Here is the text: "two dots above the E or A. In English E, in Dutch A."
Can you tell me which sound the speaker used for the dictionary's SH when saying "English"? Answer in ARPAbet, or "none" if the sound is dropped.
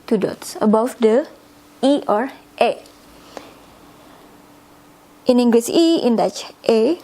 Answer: S